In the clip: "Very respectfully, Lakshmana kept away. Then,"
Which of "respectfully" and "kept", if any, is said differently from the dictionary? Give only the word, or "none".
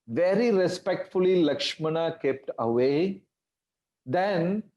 none